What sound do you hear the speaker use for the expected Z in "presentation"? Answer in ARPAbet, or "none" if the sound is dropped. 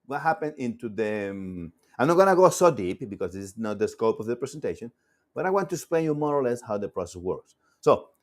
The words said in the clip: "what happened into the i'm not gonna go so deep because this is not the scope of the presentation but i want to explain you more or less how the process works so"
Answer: S